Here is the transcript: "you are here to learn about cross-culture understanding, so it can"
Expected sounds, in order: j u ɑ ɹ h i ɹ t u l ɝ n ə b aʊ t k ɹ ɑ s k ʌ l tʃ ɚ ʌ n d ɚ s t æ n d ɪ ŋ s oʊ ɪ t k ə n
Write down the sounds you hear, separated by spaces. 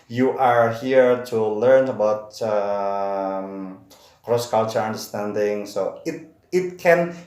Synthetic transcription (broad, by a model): j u ɑ ɹ h i ɹ t u l ɝ n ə b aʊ t k ɹ ɑ s k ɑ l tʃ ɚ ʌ n d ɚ s t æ n d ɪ ŋ s oʊ ɪ t k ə n